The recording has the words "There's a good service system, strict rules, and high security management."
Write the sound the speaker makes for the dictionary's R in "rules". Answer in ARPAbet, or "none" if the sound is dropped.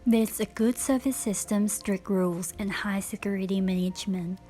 R